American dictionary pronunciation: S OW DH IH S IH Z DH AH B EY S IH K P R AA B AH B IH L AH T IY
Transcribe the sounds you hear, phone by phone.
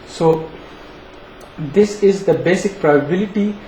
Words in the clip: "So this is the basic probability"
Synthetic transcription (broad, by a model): S OW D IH S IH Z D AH B EY S IH K P R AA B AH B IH L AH T IY